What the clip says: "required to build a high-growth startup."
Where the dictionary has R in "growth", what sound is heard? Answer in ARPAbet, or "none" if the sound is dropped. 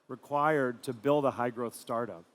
R